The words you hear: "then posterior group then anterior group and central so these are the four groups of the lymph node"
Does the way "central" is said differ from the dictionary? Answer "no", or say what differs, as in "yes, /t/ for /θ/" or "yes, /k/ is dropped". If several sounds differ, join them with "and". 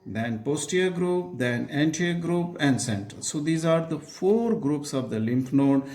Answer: yes, /ɹ/ is dropped